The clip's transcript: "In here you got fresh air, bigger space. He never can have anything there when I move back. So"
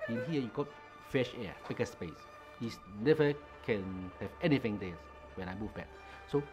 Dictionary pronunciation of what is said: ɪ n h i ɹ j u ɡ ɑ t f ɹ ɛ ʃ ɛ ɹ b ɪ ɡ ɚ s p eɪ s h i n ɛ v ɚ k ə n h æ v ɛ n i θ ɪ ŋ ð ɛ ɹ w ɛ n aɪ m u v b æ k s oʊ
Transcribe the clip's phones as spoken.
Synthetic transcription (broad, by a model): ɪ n h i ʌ j u ɡ ɑ t f ɛ ʃ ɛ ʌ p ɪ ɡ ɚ s p eɪ s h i n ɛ v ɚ k ə n h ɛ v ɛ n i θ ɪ ŋ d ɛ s w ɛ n aɪ m u v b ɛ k s oʊ